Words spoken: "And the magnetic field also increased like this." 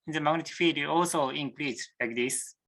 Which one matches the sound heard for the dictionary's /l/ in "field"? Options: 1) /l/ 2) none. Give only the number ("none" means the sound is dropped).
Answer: 2